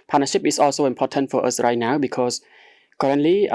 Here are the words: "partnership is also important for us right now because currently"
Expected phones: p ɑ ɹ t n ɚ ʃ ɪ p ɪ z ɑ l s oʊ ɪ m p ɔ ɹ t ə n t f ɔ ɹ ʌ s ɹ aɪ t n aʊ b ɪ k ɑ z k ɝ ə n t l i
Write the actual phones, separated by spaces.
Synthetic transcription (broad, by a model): p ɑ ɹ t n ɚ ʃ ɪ p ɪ s ɑ l s oʊ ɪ m p ɔ t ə n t f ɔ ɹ ʌ s ɹ aɪ t n aʊ b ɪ k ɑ s k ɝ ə n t l i